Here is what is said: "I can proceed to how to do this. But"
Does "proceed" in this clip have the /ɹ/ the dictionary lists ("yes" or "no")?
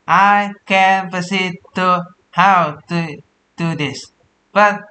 no